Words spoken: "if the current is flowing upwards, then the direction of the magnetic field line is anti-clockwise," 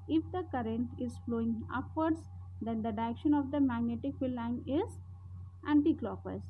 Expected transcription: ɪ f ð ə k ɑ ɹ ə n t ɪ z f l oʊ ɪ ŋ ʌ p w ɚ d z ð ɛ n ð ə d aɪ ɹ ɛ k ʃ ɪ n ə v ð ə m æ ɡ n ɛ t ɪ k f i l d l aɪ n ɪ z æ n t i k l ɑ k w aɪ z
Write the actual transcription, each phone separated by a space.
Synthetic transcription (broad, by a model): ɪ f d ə k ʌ ɹ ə n t ɪ z f l oʊ ɪ ŋ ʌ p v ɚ d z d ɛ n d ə d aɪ ɛ k ʃ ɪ n ə v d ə m æ ɡ n ɛ t ɪ k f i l l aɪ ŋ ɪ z æ n t i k l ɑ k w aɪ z